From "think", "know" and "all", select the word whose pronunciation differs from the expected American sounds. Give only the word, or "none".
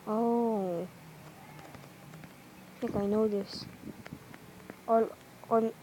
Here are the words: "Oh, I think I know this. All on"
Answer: think